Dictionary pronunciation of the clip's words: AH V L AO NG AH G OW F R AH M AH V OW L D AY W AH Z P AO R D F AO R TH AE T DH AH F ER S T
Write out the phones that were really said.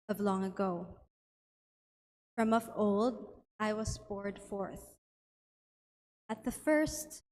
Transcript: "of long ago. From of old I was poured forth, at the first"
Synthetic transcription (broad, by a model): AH V L AO NG AH G OW F R AH M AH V OW L D AY W AH Z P AO R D F AO R TH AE T DH AH F ER S T